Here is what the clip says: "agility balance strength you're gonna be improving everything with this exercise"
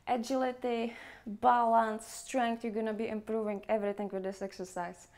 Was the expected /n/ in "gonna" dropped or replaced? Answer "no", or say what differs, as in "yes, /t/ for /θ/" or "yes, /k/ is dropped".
no